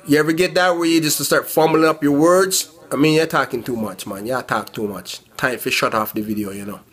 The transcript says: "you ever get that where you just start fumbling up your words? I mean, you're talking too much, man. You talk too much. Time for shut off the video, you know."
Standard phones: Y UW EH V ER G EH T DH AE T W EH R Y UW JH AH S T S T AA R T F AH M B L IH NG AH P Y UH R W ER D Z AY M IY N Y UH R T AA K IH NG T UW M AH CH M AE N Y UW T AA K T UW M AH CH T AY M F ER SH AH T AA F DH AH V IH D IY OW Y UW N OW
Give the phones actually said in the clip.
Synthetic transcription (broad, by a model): Y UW EH V ER G EH T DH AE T W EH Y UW JH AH S T S T AA R T F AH M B L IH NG AH P Y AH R W ER D Z AY M IY N Y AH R T AA K IH NG T UW M AH CH M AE N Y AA T AA K T UW M AH CH T AY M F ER SH AH T AA F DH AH V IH D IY OW Y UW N OW